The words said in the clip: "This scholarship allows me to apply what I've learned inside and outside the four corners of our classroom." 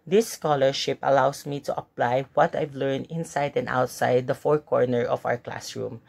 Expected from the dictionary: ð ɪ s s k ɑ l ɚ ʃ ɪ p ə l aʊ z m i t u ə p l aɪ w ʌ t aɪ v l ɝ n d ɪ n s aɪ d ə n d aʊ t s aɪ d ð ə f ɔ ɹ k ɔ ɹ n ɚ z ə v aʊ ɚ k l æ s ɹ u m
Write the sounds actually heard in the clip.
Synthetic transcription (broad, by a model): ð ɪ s s k ɑ l ɚ ʃ ɪ p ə l aʊ s m i t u ə p l aɪ w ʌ t aɪ v l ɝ n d ɪ n s aɪ d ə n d aʊ t s aɪ d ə f ɔ ɹ k ɔ ɹ n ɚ ə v aʊ ɚ k l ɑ s ɹ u m